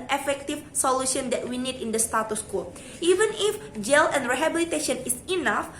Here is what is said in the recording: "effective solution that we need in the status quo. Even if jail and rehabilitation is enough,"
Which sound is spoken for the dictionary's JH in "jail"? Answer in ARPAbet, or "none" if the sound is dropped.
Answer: JH